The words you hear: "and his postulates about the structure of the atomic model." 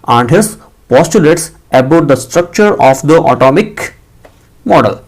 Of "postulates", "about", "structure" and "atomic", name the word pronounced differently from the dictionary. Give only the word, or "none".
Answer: none